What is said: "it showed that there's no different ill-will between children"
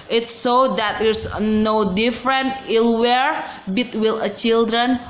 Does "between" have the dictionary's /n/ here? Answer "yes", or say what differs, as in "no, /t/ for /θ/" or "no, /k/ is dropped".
no, /l/ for /n/